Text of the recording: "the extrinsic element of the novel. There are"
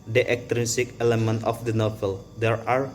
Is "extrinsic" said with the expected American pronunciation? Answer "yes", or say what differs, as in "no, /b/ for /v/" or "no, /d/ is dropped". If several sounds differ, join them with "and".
no, /s/ is dropped and /n/ is dropped